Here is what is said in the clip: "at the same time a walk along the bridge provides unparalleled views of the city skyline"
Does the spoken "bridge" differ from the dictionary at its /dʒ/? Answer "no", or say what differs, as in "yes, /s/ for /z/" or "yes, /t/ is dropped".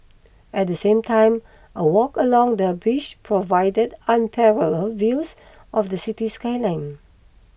yes, /ʃ/ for /dʒ/